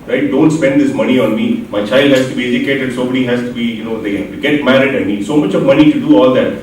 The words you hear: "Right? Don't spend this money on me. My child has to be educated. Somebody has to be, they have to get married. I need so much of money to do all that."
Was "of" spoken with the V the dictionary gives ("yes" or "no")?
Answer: yes